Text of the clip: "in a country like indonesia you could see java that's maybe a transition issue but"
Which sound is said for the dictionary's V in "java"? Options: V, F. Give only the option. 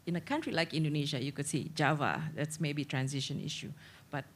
V